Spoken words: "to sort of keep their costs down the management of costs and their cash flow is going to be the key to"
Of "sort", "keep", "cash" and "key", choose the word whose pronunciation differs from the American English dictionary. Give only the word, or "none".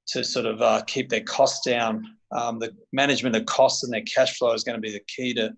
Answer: none